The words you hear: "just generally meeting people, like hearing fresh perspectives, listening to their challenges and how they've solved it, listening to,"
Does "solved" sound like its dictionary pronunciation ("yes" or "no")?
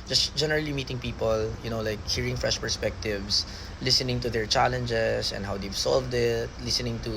yes